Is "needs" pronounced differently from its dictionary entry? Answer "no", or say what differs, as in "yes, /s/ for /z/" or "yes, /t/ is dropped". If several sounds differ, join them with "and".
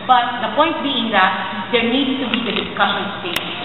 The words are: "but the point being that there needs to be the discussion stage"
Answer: yes, /z/ is dropped